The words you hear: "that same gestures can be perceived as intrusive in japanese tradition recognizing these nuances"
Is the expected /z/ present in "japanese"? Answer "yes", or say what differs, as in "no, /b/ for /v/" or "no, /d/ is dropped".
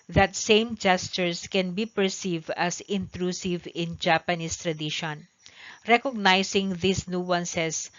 no, /s/ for /z/